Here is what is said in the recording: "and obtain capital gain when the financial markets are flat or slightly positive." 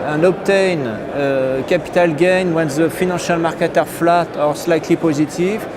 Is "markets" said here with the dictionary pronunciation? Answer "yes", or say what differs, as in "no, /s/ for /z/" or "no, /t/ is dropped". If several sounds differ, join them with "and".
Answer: no, /s/ is dropped